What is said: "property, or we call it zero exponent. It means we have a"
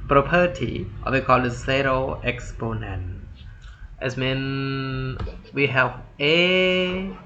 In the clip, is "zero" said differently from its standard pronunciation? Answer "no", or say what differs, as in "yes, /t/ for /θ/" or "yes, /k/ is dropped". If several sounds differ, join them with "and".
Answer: yes, /s/ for /z/